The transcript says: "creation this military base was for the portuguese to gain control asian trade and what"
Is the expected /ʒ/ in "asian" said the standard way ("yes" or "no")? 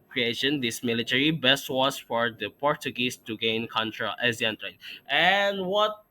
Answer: no